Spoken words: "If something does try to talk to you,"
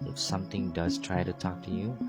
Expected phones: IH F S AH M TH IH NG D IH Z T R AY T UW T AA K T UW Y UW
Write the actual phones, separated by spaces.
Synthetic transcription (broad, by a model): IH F S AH M T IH NG D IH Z T R AY T UW T AA K T UW Y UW